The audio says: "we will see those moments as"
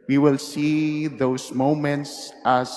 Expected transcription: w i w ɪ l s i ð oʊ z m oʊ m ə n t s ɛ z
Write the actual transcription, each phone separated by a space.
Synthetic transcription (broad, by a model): w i w ɪ l s i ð oʊ s m oʊ m ə n t s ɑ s